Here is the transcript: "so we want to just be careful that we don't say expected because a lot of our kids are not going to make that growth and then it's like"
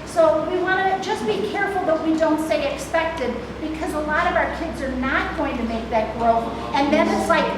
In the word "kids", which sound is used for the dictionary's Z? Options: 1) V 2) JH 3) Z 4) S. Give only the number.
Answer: 3